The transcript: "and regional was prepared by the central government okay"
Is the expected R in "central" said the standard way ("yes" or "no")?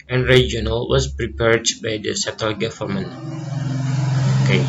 no